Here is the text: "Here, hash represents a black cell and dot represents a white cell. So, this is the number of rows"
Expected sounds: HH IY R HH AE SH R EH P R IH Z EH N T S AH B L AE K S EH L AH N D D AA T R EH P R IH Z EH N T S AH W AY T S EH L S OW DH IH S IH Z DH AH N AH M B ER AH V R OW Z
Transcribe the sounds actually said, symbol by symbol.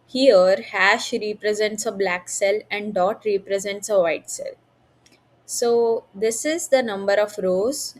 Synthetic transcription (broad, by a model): HH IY R HH AE SH R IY P R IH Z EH N T S AH B L AE K S EH L AH N D D AA T R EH P R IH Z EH N T S AH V AY T S EH L S OW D IH S IH Z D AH N AH M B ER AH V R OW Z